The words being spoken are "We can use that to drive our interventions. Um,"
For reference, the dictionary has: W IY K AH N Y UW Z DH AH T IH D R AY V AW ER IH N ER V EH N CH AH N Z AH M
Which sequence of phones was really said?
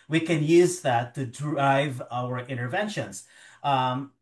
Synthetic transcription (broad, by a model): W IY K AH N Y UW Z DH AH T IH D R AY V AW ER IH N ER V EH N SH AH N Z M